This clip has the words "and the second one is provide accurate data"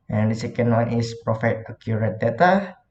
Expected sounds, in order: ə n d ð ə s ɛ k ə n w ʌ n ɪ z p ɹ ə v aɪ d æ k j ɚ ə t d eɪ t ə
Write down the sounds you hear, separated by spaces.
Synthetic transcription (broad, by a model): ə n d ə s ɛ k ə n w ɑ n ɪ s p ɹ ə f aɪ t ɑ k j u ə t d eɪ t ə